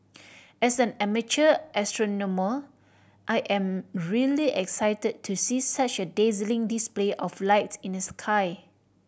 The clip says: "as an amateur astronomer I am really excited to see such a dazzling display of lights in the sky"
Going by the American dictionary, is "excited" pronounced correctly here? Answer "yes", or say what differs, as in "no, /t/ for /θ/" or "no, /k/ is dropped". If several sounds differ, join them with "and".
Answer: yes